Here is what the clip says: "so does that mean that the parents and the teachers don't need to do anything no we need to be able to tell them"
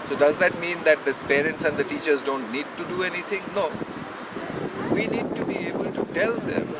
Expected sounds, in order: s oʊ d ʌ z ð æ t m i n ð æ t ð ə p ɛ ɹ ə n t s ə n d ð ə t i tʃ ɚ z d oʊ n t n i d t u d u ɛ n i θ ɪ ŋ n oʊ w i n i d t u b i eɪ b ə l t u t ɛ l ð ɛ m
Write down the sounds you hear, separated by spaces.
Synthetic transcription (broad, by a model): s oʊ d ʌ z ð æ t m i n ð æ t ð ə p ɛ ɹ ə n t s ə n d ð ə t i tʃ ɚ z d oʊ n t n i d t u d u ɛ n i t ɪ ŋ n oʊ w i n i d t u b i eɪ b ə l t u t ɛ l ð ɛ m